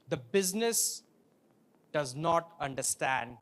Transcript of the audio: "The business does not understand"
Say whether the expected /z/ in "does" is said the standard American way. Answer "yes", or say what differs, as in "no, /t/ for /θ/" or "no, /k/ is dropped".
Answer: yes